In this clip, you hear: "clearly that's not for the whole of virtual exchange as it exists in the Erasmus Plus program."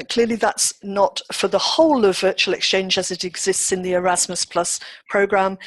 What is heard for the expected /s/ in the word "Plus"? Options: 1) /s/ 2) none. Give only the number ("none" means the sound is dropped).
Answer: 1